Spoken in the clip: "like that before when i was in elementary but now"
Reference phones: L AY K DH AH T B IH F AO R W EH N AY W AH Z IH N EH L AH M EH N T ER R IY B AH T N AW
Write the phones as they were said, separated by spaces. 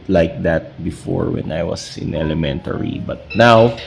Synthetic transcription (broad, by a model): L AY K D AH T B IH F AO R W EH N AY W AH S IH N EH L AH M EH N T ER R IY B AH T N AW